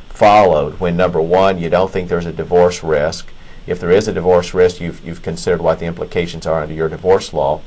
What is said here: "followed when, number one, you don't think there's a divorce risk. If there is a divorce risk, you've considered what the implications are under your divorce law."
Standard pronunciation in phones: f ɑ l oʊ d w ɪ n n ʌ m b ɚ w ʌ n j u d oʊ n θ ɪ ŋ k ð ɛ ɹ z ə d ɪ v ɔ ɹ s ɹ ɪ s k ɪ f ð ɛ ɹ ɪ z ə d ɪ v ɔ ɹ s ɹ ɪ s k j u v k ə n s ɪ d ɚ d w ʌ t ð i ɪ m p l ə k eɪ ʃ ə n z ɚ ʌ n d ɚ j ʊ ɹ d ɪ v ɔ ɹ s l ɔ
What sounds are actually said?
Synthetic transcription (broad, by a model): f ɑ l oʊ d w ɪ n n ʌ m b ɚ w ʌ n j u d oʊ n θ ɪ ŋ k ð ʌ ɹ z ə d ɪ v ɔ ɹ s ɹ ɪ s k ɪ f ð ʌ ɹ ɪ z ə d ɪ v ɔ ɹ s ɹ ɪ s k j u v k ə n s ɪ d ɚ d w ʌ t ð i ɪ m p l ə k eɪ ʃ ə n z ɚ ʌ n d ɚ j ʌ ɹ d ɪ v ɔ ɹ s l ɔ